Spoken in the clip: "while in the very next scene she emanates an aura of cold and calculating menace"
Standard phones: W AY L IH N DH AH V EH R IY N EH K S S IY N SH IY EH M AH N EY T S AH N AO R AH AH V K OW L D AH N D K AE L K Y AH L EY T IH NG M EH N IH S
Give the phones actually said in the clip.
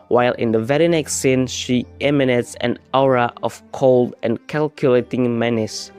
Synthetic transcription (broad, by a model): W AY L IH N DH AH V EH R IY N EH K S S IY N SH IY EH M AH N EY T S AH N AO R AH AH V K OW L D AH N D K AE L K Y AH L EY T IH NG M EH N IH S